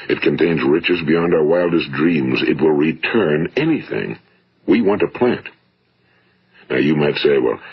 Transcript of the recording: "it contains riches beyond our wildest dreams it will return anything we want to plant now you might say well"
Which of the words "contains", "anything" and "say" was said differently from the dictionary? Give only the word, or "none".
none